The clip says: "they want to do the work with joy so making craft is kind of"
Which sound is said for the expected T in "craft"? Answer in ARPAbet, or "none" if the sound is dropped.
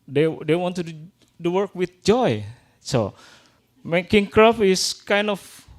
none